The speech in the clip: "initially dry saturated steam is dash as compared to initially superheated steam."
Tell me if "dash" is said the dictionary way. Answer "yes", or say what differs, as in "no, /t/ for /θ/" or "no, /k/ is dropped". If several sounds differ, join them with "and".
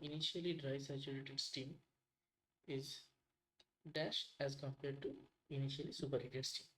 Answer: yes